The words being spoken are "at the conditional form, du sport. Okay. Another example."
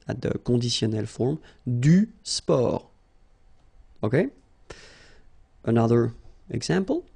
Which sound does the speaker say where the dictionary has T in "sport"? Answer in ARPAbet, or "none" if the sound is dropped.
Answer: none